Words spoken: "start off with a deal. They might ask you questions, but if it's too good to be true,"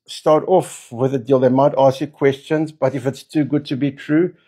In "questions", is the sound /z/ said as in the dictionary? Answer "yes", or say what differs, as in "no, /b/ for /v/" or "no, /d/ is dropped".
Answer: yes